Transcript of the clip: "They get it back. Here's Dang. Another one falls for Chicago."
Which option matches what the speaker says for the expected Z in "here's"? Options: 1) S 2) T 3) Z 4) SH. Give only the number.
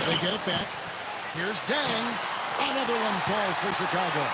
3